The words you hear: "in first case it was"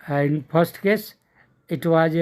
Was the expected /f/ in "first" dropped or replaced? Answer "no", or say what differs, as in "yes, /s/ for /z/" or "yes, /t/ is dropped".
yes, /p/ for /f/